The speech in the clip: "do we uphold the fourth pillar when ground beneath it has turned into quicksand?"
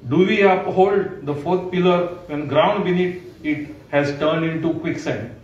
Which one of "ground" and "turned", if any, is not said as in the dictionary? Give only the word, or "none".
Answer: none